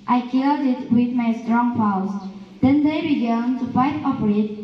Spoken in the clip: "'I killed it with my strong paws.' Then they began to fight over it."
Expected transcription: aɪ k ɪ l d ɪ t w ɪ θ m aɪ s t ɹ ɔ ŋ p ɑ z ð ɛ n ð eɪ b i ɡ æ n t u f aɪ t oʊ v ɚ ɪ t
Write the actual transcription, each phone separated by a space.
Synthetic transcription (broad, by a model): aɪ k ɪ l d ɪ t w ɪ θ m aɪ s t ɹ ɔ ŋ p ɑ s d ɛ n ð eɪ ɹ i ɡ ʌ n t u f aɪ t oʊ p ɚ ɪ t